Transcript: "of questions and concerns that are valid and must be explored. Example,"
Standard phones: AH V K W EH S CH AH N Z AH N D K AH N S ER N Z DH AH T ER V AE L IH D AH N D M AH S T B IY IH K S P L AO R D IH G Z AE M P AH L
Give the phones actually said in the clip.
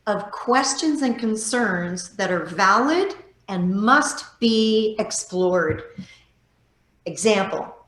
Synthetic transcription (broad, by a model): AH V K W EH S CH AH N Z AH N K AH N S ER N Z DH AH T ER V AE L IH D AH N M AH S T B IY IH K S P L AO R D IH G Z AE M P L